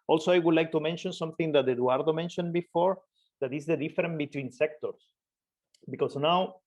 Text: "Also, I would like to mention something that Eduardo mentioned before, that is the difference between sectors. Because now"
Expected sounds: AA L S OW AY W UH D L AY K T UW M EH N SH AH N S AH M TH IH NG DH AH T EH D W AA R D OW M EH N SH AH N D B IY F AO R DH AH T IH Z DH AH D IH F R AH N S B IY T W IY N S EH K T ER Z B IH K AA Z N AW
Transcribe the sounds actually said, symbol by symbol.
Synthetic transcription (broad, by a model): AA L S OW AY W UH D L AY K T UW M EH N SH AH N S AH M TH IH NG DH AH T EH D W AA R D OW M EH N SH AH N B IY F AO R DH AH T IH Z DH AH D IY F R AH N B IY T W IY N S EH K T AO S B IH K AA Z N AW